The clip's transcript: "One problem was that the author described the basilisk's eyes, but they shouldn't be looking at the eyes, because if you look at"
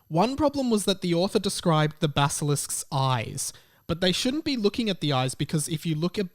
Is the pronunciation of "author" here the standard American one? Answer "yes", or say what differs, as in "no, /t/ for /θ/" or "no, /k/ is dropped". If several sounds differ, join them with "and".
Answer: yes